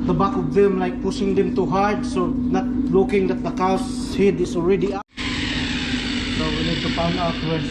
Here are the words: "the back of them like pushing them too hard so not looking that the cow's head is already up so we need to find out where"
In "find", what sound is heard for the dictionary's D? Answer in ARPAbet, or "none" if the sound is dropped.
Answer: none